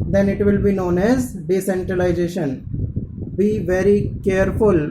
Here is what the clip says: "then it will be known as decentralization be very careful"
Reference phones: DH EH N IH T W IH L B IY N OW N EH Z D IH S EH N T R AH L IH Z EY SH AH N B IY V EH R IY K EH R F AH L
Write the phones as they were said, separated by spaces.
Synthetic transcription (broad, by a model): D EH N IH T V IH L B IY N OW N EH Z D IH S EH N T R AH L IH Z EY SH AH N B IY V EH R IY K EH R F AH L